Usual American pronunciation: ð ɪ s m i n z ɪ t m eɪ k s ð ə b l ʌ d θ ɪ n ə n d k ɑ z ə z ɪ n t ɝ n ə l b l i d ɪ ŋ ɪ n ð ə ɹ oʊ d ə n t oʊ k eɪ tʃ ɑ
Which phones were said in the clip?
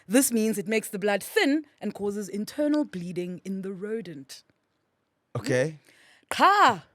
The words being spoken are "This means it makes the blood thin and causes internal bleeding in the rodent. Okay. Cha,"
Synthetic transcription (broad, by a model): ð ɪ s m i n z ɪ t m eɪ k s ð ə b l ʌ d θ ɪ n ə n k ɑ z ə z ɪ n t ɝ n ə l b l i d ɪ ŋ ɪ n ð ə ɹ oʊ d ə n t oʊ k eɪ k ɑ